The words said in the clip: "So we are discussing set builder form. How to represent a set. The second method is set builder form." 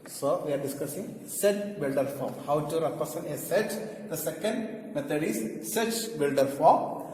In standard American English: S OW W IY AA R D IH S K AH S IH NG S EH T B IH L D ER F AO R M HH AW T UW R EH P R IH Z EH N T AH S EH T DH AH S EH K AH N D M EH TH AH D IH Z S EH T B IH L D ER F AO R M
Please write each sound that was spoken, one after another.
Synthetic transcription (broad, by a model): S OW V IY AA R D IH S K AH S IH NG S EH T B IH L D ER F AO R M HH AW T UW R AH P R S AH N AH S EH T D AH S EH K AH N D M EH T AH D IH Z S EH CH B IH L D ER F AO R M